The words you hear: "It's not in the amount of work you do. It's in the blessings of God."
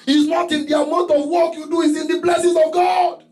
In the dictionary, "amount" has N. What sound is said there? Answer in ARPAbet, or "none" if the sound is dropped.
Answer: none